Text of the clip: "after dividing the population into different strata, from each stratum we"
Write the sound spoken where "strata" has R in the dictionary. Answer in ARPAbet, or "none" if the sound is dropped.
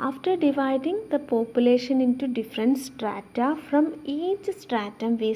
R